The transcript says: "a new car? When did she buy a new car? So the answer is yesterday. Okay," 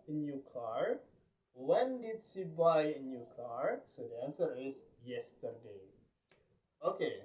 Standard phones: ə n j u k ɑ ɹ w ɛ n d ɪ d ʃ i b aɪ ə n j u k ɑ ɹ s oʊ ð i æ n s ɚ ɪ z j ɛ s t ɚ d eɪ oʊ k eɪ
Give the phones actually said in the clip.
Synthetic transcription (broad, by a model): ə n j u k ɑ ɹ w ɛ n d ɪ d s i b aɪ ə n j u k ɑ ɹ s oʊ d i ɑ n s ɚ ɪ s j ɛ s t ɚ d eɪ oʊ k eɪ